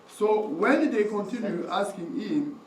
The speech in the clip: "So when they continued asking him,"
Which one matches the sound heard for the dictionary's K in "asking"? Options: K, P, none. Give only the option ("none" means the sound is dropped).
K